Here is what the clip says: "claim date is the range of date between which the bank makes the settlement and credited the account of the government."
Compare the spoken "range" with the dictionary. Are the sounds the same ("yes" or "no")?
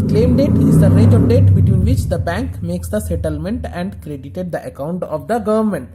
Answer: no